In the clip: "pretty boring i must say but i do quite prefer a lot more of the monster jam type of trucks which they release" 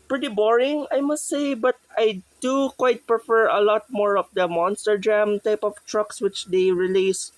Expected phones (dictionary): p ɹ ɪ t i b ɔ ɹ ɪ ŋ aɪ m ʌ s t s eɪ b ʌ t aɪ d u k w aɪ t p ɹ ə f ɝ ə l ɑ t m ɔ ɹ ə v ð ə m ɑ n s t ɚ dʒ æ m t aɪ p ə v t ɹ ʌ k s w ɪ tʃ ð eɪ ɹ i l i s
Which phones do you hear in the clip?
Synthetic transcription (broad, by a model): p ɹ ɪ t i b ɔ ɹ ɪ ŋ aɪ m ʌ s t s eɪ b ʌ t aɪ d u k w aɪ t p ɹ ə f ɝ ə l ɑ t m ɔ ɹ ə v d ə m ɑ n s t ɚ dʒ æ m t aɪ p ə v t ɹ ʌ k s w ɪ tʃ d eɪ ɹ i l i s